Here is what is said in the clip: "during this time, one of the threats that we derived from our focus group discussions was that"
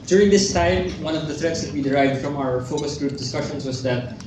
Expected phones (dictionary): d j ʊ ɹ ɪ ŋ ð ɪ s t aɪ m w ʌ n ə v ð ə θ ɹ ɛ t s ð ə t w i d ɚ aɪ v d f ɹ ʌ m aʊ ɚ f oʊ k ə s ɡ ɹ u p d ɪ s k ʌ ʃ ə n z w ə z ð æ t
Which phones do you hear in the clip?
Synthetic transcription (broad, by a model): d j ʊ ɹ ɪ ŋ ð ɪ s t aɪ m w ʌ n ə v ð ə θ ɹ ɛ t s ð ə t w i d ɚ aɪ v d f ɹ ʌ m aʊ ɚ f oʊ k ə s ɡ ɹ u p d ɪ s k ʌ ʃ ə n s w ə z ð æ t